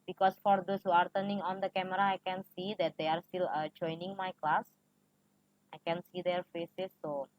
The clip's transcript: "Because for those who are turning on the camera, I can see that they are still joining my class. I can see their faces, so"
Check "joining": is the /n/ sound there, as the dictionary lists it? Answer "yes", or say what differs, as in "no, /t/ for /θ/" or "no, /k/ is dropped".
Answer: yes